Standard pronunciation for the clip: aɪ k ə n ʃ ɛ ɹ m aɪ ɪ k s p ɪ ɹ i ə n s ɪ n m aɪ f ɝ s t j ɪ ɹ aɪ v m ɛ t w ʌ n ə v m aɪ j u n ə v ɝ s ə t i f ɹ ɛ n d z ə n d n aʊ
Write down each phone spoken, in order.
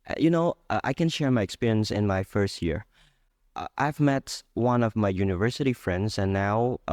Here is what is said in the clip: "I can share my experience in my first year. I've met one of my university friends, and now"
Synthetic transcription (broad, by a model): aɪ k ə n ʃ ɛ ɹ m aɪ ɪ k s p ɪ ɹ i ə n s ɪ n m aɪ f ɝ s t j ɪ ɹ aɪ v m ɛ t w ʌ n ə v m aɪ j u n ə v ɝ s ə t i f ɹ ɛ n d z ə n n aʊ